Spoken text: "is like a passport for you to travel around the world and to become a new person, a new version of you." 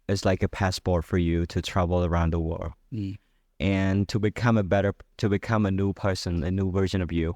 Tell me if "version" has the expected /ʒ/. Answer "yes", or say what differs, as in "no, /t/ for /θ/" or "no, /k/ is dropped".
yes